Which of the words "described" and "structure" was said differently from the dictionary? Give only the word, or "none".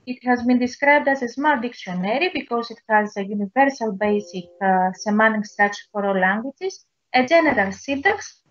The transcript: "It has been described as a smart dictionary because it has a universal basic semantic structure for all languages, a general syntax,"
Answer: structure